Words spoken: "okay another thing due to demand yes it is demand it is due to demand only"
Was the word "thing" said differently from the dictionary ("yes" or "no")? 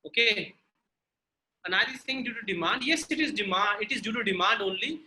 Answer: yes